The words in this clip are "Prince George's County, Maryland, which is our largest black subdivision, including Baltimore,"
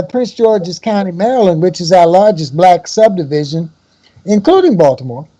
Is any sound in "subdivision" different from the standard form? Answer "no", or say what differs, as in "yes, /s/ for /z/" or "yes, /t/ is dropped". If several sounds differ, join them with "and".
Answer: no